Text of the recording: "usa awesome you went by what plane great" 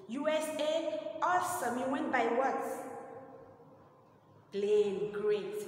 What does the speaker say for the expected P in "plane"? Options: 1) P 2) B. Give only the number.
2